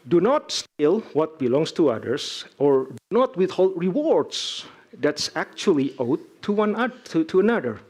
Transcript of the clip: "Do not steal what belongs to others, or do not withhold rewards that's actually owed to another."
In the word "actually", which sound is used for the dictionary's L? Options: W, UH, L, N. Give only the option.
W